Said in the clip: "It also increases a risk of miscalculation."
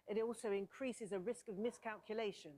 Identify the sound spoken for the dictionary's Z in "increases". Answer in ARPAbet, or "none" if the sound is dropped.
Z